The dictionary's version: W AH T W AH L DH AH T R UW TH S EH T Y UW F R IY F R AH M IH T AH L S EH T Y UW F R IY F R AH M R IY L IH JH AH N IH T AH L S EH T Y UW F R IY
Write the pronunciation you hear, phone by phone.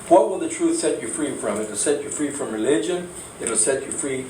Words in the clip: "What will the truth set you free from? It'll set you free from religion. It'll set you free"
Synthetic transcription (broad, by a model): W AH T W AH L DH AH T R UW TH S EH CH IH F R IY F R AH M IH T AH L S EH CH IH F R IY F R AH M R IY L IH JH AH N IH T AH L S EH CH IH F R IY